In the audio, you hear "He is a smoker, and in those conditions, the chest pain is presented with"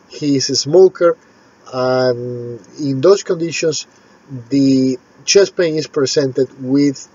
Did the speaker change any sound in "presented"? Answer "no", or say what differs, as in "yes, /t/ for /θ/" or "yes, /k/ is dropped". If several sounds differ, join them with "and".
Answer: yes, /s/ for /z/